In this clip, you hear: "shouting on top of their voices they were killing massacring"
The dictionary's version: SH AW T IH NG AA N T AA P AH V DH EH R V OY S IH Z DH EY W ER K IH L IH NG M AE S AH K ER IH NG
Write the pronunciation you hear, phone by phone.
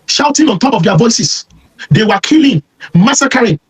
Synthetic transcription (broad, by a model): SH AW T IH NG AA N T AA P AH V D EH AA V OY S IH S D EY W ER K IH L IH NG M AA S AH K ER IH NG